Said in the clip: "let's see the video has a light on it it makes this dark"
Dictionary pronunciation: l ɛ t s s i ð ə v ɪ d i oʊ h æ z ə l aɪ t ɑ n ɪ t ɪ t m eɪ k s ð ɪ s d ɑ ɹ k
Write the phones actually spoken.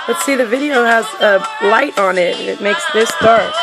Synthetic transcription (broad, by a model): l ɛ t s s i ð ə v ɪ d i oʊ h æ z ə l aɪ t n ɪ t ɪ t m eɪ k s ð ɪ s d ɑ ɹ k